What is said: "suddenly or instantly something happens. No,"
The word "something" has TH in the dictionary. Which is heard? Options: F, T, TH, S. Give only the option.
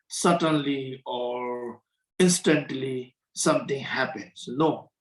T